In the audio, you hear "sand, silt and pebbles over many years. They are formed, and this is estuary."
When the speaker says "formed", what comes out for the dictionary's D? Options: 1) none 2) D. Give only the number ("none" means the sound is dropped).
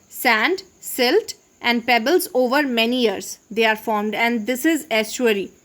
2